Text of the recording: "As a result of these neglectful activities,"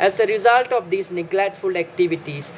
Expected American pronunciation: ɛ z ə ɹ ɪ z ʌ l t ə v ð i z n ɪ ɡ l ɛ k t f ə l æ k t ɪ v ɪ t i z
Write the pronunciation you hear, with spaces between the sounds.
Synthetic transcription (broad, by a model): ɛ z ə ɹ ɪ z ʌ l t ə v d i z n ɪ ɡ l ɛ t f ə l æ k t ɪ v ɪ t i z